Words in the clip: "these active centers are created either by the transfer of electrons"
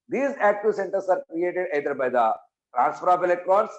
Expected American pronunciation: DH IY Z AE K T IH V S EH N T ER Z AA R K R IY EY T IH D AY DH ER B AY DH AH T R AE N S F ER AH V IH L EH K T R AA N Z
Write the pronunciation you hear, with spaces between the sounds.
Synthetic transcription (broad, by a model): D IY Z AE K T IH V S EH N T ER S AA R K R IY EY T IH D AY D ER B AY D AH T R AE N S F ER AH P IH L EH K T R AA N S